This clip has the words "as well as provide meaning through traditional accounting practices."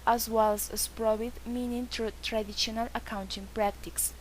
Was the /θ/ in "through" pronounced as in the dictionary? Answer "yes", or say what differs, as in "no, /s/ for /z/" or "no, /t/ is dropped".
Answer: no, /t/ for /θ/